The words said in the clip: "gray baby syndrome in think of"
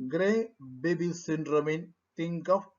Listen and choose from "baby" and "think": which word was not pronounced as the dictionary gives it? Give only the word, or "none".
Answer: think